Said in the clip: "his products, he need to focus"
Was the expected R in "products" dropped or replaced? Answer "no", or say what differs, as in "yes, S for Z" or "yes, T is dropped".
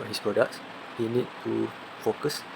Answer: no